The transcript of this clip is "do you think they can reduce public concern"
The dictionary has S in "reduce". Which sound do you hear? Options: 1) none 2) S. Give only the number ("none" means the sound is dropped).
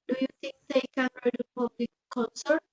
1